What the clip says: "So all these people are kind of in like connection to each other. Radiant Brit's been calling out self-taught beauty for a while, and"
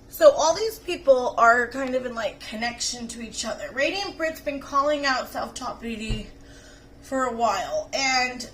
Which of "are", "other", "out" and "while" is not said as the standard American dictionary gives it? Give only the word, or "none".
none